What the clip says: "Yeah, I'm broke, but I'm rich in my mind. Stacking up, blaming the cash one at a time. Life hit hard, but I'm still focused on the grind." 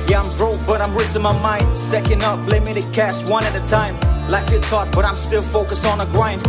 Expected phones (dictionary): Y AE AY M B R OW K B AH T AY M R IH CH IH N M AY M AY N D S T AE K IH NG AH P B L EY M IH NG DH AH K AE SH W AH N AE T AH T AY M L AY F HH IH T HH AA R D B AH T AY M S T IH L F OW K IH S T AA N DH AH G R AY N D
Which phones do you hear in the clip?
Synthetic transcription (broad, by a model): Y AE AY M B R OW B AH T AY M R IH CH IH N M AY M AY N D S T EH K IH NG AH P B L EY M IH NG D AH K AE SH W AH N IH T AH T AY M L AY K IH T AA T B AH T AY M S T IH L F OW K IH S IH N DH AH G R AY N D